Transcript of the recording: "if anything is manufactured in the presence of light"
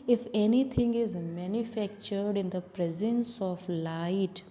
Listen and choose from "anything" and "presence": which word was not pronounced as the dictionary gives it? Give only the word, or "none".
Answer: anything